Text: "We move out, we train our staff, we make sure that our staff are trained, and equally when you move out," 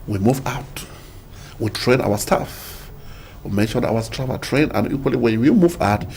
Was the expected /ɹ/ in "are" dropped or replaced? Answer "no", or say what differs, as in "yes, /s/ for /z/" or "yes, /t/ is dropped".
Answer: yes, /l/ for /ɹ/